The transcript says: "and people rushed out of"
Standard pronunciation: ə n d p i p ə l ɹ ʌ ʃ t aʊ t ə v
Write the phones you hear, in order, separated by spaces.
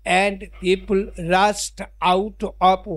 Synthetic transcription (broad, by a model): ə n d p i p ə l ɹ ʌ s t aʊ t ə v